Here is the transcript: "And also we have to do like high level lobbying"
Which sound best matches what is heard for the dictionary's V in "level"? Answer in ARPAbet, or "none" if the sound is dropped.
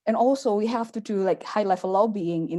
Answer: F